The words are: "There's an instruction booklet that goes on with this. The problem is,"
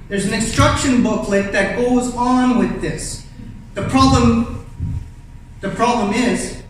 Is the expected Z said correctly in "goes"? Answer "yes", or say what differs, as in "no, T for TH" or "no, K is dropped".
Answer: yes